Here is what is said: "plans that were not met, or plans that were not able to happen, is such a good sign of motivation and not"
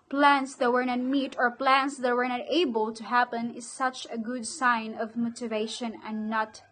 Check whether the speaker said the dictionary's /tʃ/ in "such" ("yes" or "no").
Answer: yes